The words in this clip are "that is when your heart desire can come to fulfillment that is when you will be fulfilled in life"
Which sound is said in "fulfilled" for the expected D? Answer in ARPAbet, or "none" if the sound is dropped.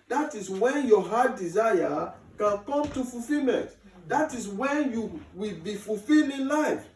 none